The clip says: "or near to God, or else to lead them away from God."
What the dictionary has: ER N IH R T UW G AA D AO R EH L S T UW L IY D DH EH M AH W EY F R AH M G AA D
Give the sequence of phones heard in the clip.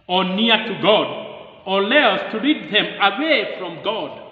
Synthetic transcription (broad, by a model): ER N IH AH T UW G AA D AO L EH S T UW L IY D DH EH M AH W EY F R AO M G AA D